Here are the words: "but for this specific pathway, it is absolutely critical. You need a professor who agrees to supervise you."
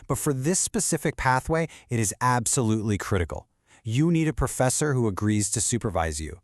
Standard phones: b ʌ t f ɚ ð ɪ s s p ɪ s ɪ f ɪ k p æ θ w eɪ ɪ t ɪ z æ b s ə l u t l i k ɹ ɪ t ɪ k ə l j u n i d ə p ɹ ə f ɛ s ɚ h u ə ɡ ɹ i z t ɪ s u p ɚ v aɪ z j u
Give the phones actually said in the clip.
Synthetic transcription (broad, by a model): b ʌ t f ɚ ð ɪ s s p ɪ s ɪ f ɪ k p æ θ w eɪ ɪ t ɪ z æ b s ə l u t l i k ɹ ɪ t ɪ k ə l j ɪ n i d ə p ɹ ə f ɛ s ɚ h u ə ɡ ɹ i z t ɪ s u p ɚ v aɪ z j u